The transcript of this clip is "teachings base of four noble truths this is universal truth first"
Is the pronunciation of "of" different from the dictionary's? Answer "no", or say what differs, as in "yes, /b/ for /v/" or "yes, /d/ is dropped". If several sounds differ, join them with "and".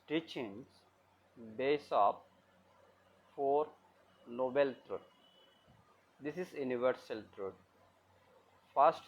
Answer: yes, /p/ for /v/